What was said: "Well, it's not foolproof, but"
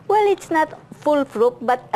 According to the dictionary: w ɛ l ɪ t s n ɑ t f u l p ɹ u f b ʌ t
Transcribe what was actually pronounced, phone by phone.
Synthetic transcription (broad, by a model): w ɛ l ɪ t s n ɑ t f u l f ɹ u p b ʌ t